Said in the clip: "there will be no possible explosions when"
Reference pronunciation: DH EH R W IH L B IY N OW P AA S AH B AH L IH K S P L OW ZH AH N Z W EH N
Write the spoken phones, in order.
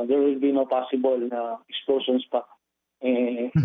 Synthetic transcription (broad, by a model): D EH R W IH L B IY N OW P AA S AH B AH L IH K S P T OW SH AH N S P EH